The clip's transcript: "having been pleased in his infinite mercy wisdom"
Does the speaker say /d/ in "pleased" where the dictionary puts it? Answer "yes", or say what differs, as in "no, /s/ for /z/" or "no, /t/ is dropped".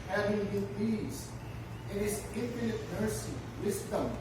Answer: no, /d/ is dropped